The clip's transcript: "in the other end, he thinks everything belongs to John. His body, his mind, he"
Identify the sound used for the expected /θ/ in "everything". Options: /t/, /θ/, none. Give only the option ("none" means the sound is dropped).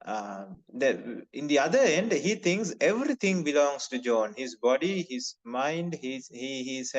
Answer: /t/